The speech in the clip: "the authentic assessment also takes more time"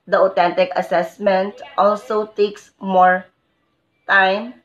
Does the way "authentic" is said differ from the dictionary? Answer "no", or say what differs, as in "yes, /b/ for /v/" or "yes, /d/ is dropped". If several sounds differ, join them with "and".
yes, /t/ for /θ/